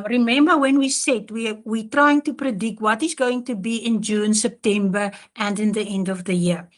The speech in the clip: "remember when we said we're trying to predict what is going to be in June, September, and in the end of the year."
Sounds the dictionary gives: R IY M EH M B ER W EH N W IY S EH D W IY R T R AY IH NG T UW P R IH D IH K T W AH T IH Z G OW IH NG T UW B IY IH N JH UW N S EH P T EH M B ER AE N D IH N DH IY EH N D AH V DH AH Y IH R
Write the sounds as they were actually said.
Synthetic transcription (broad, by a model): R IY M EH M B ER W EH N W IY S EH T W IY W T R AY IH NG T UW P R IH D IH K T W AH T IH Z G OW IH NG T UW B IY IH N JH UW N S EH P T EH M B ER AE N D IH N DH IY EH N D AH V DH AH Y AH R